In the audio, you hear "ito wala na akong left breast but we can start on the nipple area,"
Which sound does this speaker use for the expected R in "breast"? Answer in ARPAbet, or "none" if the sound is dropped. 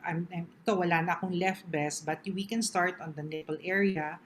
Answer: none